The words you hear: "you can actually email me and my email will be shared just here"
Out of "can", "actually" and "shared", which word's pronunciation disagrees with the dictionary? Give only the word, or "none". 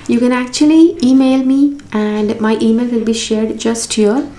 none